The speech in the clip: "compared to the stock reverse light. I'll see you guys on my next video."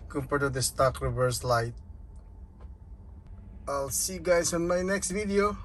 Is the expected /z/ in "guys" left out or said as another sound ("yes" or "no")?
yes